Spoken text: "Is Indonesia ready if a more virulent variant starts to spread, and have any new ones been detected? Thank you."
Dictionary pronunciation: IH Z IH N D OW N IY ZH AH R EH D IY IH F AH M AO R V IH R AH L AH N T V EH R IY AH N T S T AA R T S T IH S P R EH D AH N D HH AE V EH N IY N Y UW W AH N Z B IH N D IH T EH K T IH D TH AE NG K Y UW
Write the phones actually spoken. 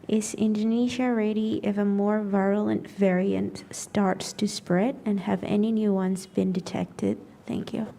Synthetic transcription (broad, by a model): IH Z IH N D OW N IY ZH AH R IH D IY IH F AH M AO R V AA AH L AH N T V EH R IY AH N T S T AA R T S T IH S P R EH D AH N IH V EH N IY N Y UW W AH N Z B IH N D IH T EH K T IH D TH AE NG K Y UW